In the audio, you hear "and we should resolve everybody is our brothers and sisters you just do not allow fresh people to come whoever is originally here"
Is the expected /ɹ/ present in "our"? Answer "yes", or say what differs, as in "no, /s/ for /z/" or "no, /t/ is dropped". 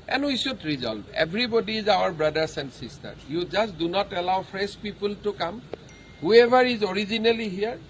yes